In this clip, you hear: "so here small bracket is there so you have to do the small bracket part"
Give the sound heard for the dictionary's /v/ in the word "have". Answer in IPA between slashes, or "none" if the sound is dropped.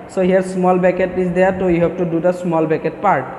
/b/